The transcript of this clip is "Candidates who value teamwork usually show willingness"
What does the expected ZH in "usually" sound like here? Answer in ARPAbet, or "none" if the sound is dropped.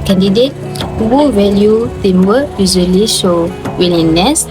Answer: Z